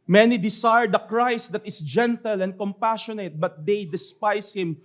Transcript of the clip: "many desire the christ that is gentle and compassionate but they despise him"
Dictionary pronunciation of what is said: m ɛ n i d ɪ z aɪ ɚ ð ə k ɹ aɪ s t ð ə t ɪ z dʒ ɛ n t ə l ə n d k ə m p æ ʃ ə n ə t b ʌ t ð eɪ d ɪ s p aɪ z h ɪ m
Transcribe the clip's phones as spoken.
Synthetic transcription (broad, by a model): m ɛ n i d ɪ s aɪ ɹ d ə k ɹ aɪ s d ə t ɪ s dʒ ɛ n t ə l ə n d k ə m p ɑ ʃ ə n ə t b ʌ t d eɪ d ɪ s p aɪ s h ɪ m